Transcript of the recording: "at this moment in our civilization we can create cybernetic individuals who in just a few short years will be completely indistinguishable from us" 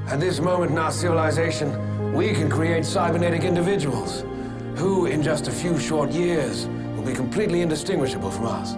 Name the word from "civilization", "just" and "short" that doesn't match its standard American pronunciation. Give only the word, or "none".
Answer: none